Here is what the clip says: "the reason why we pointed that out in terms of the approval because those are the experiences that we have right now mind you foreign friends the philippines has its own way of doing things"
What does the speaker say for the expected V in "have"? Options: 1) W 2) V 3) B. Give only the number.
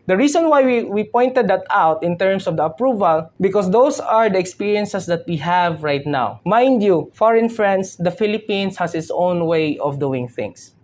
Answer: 2